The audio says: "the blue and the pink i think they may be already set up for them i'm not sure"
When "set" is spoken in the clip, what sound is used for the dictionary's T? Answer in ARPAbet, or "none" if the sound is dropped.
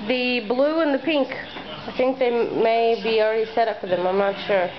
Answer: T